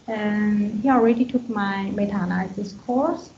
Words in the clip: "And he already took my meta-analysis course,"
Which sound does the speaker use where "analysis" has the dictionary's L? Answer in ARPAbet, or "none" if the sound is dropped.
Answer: none